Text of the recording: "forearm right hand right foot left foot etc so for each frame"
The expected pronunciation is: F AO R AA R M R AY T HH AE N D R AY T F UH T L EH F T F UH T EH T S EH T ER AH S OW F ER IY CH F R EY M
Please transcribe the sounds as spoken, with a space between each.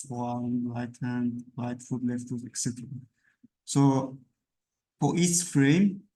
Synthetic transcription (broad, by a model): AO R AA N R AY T HH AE N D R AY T F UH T L EH F T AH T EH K S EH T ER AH S OW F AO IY S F R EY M